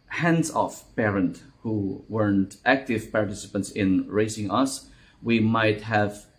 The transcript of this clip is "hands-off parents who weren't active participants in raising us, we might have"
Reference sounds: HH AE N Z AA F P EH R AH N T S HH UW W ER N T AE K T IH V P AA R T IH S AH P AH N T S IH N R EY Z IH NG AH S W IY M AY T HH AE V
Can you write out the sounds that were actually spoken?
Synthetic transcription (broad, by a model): HH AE N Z AA F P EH R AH N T HH UW W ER N T AE K T IH V P AA R T IH S AH P AH N T S IH N R EY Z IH NG AH S W IY M AY T HH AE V